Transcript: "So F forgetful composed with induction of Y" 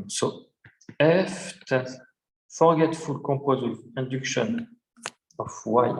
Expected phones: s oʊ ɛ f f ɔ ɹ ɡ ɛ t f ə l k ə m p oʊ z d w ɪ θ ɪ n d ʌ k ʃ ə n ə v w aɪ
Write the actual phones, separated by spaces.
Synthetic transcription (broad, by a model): s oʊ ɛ f f ɔ ɹ ɡ ɛ t f ə l k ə p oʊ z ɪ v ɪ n d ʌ k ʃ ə n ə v w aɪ